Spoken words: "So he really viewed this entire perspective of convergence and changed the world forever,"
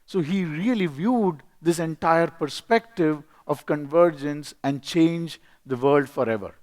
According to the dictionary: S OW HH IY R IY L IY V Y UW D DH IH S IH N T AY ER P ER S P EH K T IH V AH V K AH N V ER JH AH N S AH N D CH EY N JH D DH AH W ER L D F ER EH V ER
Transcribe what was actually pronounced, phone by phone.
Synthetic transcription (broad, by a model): S OW HH IY R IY L IY V Y UW D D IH S IH N T AY ER P ER S P EH K T IH V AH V K AH N V ER JH AH N S AH N D CH EY N JH D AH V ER L D F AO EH V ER